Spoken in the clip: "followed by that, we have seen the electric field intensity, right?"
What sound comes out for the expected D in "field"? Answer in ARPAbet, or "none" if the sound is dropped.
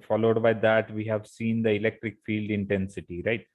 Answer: D